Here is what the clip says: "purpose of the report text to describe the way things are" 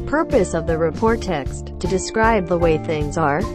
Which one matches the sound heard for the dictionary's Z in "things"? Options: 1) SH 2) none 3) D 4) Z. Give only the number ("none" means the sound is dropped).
4